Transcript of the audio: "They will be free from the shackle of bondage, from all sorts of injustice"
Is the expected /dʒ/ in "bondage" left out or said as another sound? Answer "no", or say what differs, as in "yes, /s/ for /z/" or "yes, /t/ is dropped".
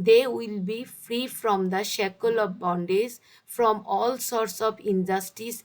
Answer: yes, /z/ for /dʒ/